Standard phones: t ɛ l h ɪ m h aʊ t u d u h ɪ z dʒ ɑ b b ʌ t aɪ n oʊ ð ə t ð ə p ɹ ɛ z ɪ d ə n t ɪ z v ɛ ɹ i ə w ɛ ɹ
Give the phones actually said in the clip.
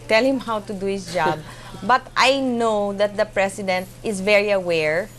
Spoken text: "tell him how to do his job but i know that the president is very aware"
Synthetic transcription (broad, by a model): t ɛ l h ɪ m h aʊ t u d u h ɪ s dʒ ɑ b b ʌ t aɪ n oʊ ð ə t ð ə p ɹ ɛ s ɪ d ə n t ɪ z v ɛ ɹ i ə w ɛ ɹ